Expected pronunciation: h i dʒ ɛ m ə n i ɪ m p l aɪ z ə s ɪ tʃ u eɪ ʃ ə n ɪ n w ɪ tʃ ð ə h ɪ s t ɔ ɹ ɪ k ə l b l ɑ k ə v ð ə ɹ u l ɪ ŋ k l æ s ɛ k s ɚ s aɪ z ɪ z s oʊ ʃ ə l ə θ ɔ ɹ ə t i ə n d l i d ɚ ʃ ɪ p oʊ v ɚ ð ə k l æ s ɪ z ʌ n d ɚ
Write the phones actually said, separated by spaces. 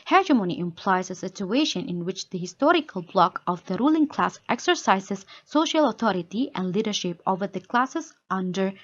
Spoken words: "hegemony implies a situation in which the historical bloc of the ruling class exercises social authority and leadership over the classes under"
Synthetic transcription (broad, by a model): h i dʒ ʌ m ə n i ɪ m p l aɪ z ə s ɪ tʃ u eɪ ʃ ə n ɪ n w ɪ tʃ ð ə h ɪ s t ɔ ɹ ɪ k ə l b l ɑ k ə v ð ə ɹ u l ɪ ŋ k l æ s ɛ k s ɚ s aɪ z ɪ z s oʊ ʃ ə l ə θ ɔ ɹ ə t i ə n d l i d ɚ ʃ ɪ p oʊ v ɚ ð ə k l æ s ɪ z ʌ n d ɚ